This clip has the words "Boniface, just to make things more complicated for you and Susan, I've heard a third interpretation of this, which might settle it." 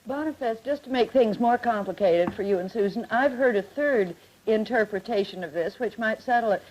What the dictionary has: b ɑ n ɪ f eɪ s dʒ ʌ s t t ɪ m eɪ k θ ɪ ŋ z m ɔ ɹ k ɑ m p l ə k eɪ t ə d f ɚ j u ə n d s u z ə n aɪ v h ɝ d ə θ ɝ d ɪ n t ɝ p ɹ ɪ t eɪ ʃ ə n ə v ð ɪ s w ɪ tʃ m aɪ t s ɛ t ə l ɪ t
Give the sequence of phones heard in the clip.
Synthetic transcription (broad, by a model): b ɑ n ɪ f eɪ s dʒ ʌ s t t ɪ m eɪ k θ ɪ ŋ z m ɔ ɹ k ɑ m p l ə k eɪ t ə d f ɚ j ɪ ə n s u z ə n aɪ v h ɝ d ə θ ɝ d ɪ n t ɝ p ɹ ɪ t eɪ ʃ ə n ə v ð ɪ s w ɪ tʃ m aɪ t s ɛ t l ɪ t